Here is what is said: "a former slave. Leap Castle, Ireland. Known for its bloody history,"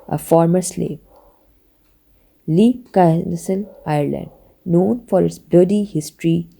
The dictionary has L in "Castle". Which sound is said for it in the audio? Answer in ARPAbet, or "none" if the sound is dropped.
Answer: N